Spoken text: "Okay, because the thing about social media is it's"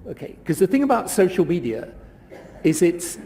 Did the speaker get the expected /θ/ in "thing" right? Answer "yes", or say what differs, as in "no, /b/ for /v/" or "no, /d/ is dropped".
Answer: yes